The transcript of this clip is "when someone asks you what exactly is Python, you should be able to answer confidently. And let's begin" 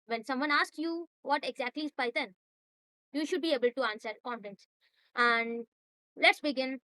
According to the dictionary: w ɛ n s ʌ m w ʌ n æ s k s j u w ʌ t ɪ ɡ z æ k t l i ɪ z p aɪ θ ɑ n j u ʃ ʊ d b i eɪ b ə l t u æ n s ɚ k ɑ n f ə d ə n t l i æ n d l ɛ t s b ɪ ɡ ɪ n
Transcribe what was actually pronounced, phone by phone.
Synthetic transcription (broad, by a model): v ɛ n s ʌ m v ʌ n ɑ s k s j u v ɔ t ɪ ɡ z æ k t l i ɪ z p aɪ t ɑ n j u ʃ ʊ d b i eɪ b ə l t u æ n s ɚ k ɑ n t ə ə n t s æ n d l ɛ t s b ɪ ɡ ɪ n